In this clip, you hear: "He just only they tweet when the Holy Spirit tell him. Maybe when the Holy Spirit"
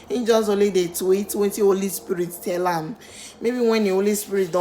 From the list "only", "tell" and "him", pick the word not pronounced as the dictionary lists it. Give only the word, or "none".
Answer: only